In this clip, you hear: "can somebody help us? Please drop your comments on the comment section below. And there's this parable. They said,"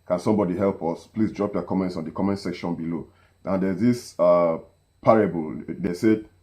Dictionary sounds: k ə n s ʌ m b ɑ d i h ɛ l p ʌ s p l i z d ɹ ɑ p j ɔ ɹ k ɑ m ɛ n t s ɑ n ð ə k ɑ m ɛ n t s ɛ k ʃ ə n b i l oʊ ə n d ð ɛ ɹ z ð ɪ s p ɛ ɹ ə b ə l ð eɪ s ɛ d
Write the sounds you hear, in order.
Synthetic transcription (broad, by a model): k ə n s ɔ m b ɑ d i h ɛ l p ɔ s p l i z d ɹ ɑ p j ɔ k ɑ m ɛ n t s ɑ n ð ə k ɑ m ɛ n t s ɛ k ʃ ə n b i l oʊ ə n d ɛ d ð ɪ s p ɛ ɹ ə b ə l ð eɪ s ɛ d